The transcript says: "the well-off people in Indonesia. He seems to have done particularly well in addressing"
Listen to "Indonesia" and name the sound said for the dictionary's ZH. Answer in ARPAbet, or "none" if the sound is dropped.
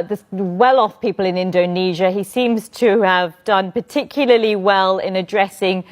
ZH